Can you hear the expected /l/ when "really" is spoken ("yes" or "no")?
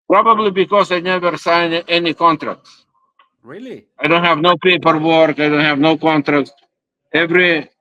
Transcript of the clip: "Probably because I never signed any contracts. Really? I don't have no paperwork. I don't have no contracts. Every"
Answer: no